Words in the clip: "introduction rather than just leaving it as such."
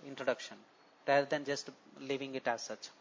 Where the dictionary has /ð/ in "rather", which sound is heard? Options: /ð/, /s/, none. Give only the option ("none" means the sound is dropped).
none